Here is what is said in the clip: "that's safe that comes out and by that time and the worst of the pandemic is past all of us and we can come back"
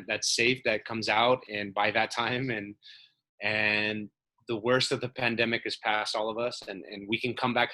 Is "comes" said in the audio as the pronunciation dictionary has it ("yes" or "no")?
yes